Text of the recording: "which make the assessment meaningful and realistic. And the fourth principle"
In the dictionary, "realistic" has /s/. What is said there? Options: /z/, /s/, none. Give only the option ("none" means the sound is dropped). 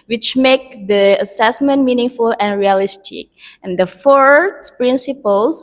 /s/